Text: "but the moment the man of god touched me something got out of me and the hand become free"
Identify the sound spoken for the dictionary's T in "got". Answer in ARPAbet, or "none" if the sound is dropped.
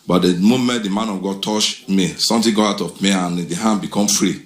none